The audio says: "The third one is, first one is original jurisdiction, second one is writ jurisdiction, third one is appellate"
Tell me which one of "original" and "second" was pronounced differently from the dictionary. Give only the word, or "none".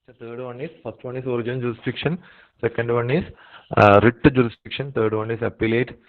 original